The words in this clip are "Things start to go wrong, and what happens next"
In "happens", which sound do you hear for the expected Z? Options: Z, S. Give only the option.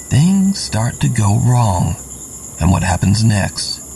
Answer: Z